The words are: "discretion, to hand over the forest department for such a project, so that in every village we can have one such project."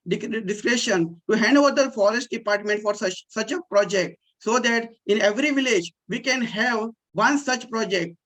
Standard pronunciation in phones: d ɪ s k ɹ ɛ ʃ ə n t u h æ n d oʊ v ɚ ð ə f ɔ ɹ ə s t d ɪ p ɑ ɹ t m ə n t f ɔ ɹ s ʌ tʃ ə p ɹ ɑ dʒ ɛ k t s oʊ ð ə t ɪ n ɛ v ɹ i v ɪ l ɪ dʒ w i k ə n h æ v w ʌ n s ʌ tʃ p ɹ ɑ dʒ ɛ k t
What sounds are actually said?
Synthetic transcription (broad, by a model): d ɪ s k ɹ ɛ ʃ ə n t u h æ n d oʊ v ɚ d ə f ɔ ɹ ə s t d ɪ p ɑ ɹ t m ə n t f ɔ ɹ s ʌ tʃ ə p ɹ ɑ dʒ ɛ k t s oʊ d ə t ɪ n ɛ v ɹ i v ɪ l ɪ dʒ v i k ə n h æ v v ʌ n s ʌ tʃ p ɹ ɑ dʒ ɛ k t